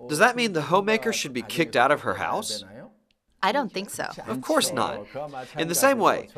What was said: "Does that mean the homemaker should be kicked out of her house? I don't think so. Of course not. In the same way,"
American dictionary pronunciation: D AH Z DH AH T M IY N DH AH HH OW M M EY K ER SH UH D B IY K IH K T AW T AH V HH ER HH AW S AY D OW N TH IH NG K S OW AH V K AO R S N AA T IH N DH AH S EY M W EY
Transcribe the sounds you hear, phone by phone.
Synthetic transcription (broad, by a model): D AH Z DH AH T M IY N DH AH HH OW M M EY K ER SH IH D B IY K IH K T AW T AH V ER HH AW S AY D OW N TH IH NG K S OW AH V K AO R S N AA T IH N DH AH S EY M W EY